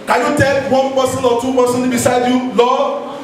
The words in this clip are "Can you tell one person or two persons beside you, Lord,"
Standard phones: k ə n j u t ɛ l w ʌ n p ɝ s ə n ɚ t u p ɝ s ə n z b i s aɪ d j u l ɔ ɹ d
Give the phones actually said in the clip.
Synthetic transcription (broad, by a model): k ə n j u t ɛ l w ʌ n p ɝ s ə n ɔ t u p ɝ s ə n b i s aɪ d j u l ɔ